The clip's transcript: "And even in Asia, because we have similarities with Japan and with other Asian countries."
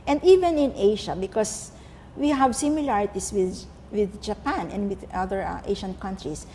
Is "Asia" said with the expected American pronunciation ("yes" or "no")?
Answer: no